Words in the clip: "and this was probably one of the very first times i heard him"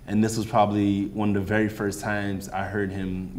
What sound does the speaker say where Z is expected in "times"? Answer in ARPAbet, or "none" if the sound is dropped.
Z